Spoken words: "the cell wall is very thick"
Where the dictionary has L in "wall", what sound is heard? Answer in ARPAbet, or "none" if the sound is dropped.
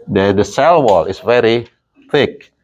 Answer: L